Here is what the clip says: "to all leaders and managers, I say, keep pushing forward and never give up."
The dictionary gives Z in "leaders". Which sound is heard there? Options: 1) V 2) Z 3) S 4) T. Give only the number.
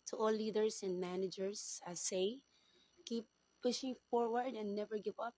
3